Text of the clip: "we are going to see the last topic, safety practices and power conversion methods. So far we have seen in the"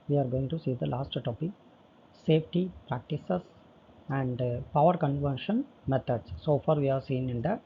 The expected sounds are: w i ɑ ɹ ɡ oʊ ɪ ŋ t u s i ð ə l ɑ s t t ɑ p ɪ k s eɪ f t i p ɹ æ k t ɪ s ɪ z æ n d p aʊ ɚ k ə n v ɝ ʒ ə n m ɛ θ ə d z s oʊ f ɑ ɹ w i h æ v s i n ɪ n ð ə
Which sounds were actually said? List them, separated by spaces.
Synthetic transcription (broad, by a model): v i ɑ ɹ ɡ oʊ ɪ ŋ t u s i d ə l ɑ s t t ɑ p ɪ k s eɪ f t i p ɹ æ k t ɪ s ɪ s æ n d p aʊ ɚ k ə n v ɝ ʃ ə n m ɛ t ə d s s oʊ f ɑ ɹ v i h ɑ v s i n ɪ n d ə